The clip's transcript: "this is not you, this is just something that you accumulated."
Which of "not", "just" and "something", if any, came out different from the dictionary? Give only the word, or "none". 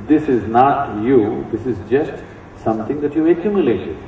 something